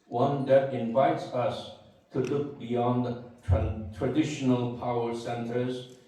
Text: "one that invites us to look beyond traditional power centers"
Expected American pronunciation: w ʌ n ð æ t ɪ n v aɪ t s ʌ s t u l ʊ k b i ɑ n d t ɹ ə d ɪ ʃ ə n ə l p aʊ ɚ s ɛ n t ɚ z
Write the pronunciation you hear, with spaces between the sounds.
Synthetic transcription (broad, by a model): w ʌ n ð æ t ɪ n v aɪ t s ʌ s t u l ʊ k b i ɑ n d t ɹ ə d ɪ ʃ ə n ə l p aʊ ɚ s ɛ n t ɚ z